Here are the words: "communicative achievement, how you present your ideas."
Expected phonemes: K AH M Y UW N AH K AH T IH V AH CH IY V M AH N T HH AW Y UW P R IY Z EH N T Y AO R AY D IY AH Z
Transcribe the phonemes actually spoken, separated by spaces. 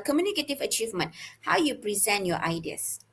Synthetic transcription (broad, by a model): K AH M Y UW N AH K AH T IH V AH CH IY V M AH N T HH AW Y UW P R IY Z EH N T Y AO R AY D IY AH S